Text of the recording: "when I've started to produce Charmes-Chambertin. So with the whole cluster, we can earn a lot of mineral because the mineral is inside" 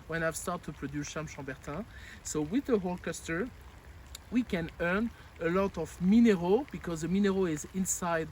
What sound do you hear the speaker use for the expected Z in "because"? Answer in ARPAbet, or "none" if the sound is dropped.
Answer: Z